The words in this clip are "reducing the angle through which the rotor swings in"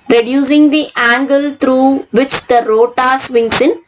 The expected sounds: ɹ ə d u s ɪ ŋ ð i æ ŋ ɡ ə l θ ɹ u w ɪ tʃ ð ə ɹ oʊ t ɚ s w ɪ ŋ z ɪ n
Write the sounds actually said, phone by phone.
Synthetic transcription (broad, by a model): ɹ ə d u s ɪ ŋ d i æ ŋ ɡ ə l t ɹ u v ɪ tʃ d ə ɹ oʊ t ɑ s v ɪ ŋ s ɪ n